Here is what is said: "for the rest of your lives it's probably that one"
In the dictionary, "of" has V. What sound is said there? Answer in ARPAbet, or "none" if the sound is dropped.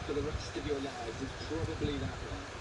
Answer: V